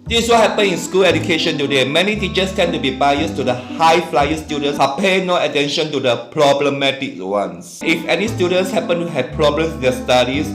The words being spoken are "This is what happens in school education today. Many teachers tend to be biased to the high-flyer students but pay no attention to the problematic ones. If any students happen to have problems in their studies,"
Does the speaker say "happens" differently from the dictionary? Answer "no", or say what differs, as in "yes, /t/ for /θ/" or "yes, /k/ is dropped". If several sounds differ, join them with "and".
yes, /z/ is dropped